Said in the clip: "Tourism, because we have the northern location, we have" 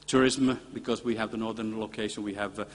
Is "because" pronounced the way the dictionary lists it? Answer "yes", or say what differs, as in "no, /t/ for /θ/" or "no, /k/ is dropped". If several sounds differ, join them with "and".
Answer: yes